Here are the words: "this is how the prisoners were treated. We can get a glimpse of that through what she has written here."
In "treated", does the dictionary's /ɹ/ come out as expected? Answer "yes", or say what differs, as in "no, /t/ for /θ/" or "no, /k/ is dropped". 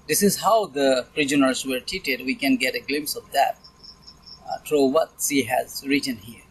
no, /ɹ/ is dropped